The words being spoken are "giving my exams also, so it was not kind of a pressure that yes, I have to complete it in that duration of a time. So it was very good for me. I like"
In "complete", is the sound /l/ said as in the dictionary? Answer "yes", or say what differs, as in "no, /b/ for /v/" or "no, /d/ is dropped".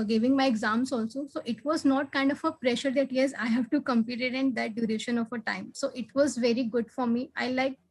no, /l/ is dropped